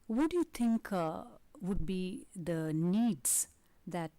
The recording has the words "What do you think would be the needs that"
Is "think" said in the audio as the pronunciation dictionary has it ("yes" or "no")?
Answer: no